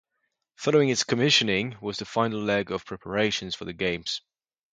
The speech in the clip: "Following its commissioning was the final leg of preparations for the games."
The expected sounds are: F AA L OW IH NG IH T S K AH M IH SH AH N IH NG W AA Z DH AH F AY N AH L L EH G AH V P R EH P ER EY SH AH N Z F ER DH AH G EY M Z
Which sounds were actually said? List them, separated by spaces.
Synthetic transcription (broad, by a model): F AA L OW IH NG IH T S K AH M IH SH AH N IH NG W AA Z DH AH F AY N AH L L EH G AH V P R EH P ER EY SH AH N Z F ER DH AH G EY M Z